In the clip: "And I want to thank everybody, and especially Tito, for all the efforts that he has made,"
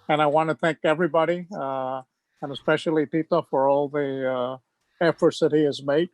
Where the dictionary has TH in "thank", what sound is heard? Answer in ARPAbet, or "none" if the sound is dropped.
TH